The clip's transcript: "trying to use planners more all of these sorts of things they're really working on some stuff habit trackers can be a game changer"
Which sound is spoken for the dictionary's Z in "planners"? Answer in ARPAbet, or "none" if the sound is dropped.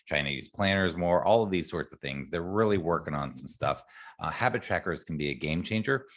Z